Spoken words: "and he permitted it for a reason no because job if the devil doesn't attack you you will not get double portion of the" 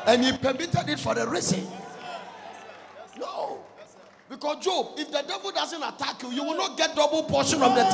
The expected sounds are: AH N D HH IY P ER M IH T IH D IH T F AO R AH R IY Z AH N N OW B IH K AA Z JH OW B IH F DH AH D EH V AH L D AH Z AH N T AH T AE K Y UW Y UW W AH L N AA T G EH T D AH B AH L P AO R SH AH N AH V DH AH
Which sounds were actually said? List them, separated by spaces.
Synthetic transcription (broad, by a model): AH N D HH IY P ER M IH T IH D IH T F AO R AH R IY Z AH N N OW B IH K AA S JH OW B IH F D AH D EH V AH L D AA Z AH N T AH T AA K Y UW Y UW W AH L N AA T G EH T D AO B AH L P AO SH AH N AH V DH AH